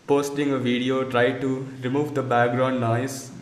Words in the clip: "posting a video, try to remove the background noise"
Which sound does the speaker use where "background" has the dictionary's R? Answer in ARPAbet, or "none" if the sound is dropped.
R